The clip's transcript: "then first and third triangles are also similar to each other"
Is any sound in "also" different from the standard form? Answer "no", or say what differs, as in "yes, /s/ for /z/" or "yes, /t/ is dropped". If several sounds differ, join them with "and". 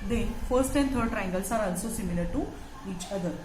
yes, /n/ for /l/